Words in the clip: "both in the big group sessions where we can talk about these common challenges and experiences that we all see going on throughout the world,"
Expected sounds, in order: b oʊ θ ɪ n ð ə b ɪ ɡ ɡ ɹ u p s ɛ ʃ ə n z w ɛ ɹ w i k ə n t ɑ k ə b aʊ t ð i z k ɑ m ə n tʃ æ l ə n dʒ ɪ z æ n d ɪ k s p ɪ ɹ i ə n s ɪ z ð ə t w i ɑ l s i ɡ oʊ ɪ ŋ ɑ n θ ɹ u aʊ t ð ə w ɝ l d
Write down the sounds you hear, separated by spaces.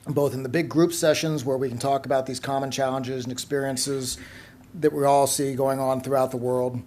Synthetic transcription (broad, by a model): b oʊ θ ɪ n ð ə b ɪ ɡ ɡ ɹ u p s ɛ ʃ ə n z w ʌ ɹ w i k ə n t ɑ k ə b aʊ t ð i z k ɑ m ə n tʃ æ l ə n dʒ ɪ z n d ɪ k s p ɪ ɹ i ə n s ɪ z ð ə t w i ɑ l s i ɡ oʊ ɪ ŋ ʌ n θ ɹ u aʊ t ð ə w ɝ l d